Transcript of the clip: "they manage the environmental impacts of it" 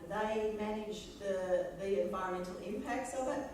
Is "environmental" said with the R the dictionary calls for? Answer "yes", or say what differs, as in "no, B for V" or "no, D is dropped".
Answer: no, R is dropped